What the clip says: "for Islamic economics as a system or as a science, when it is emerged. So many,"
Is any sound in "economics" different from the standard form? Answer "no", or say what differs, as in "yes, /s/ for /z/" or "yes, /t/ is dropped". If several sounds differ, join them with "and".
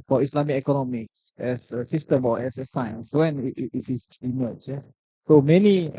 no